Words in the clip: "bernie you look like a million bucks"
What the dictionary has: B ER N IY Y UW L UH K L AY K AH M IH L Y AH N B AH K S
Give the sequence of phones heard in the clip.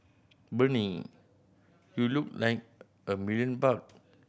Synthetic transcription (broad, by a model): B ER N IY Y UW L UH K L AY K AH M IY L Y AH N B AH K